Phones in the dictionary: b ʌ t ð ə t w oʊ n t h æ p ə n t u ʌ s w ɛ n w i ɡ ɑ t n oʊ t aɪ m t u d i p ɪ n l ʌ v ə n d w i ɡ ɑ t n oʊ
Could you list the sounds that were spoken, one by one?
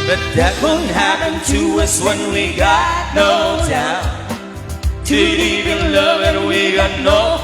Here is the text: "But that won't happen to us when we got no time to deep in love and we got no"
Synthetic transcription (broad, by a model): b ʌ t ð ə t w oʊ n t h æ p ə n t u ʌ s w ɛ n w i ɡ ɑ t n oʊ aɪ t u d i ɪ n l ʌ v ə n w i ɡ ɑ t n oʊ